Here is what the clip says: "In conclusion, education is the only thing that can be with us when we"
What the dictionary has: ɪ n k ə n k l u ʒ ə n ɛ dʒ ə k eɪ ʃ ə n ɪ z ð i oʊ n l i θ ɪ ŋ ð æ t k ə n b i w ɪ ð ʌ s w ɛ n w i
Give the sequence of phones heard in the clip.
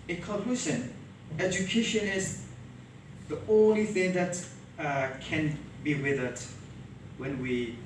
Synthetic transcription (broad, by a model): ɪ k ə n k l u s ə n ɛ dʒ ə k eɪ ʃ ə n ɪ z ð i oʊ n l i θ ɪ ŋ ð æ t k ə n b i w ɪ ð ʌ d w ɛ n w i